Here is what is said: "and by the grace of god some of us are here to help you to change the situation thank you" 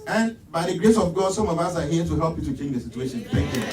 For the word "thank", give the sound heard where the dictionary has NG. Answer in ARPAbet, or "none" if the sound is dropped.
none